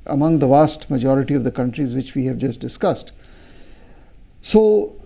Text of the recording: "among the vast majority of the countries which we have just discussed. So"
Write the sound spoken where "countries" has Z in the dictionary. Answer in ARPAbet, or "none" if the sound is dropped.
Z